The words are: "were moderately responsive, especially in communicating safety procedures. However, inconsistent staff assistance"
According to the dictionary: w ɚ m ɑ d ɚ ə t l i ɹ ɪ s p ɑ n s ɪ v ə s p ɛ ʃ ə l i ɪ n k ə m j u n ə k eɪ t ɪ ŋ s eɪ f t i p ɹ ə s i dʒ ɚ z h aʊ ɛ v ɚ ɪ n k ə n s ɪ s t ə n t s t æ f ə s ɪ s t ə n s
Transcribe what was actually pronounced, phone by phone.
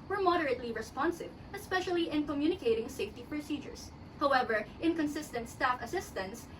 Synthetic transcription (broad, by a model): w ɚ m ɑ d ɚ ə t l i ɹ ɪ s p ɑ n s ɪ v ə s p ɛ ʃ ə l i ɪ n k ə m j u n ə k eɪ t ɪ ŋ s eɪ f t i p ɹ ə s i dʒ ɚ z h aʊ ɛ v ɚ ɪ n k ə n s ɪ s t ə n t s t æ f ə s ɪ s t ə n s